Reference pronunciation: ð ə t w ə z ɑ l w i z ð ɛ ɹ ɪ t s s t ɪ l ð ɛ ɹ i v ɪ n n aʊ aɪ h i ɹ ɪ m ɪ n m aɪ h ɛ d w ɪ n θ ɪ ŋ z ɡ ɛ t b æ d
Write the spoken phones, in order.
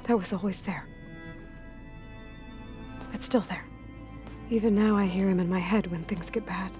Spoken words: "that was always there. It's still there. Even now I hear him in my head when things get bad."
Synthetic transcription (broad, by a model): ð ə t w ə z ɑ l w i z ð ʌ ɹ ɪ t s s t ɪ l ð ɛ ɹ i v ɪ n n aʊ aɪ h i ɹ ɪ m ɪ n m aɪ h ɛ d w ɪ n θ ɪ ŋ z ɡ ɛ t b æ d